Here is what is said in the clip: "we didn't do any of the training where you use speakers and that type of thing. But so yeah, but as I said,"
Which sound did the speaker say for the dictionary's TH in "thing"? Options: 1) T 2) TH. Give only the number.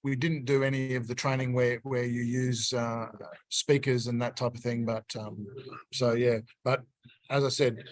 2